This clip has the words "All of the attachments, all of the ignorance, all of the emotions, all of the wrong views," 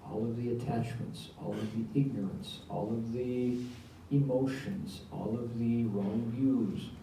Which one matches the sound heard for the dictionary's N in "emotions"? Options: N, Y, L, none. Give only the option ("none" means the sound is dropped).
N